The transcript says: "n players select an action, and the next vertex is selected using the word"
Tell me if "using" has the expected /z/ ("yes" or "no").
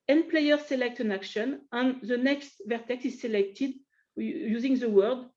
yes